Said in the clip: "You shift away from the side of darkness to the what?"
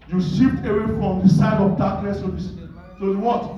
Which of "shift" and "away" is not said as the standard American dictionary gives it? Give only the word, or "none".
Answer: shift